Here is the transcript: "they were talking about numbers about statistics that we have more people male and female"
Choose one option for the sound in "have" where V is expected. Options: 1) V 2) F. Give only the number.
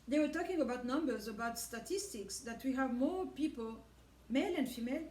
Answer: 1